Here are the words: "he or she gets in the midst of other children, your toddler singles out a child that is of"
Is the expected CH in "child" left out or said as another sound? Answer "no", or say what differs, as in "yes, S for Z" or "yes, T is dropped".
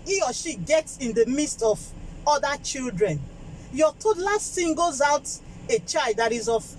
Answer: no